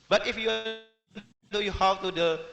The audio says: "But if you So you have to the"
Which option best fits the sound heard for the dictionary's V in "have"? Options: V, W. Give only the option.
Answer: W